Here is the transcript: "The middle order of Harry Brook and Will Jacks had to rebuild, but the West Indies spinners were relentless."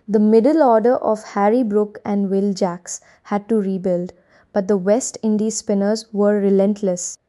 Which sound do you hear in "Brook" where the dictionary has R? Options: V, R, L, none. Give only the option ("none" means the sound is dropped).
R